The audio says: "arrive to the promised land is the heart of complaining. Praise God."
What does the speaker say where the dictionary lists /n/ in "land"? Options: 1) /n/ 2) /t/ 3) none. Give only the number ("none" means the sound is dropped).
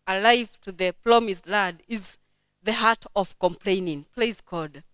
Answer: 3